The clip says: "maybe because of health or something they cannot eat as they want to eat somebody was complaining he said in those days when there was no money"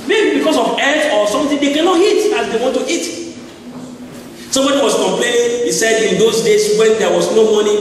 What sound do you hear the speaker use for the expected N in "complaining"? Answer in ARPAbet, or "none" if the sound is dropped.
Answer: N